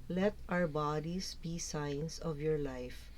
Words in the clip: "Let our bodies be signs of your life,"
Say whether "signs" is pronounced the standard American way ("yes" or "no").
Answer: no